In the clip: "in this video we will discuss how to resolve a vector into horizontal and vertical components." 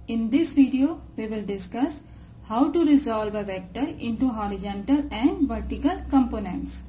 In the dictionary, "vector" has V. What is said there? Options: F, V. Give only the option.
V